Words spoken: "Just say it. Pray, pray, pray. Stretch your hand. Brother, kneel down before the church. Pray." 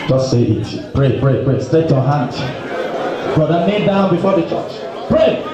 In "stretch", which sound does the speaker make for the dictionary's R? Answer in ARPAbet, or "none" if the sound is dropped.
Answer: none